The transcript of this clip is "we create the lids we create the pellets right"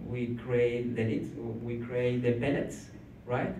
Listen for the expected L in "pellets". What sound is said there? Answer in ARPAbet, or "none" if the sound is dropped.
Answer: N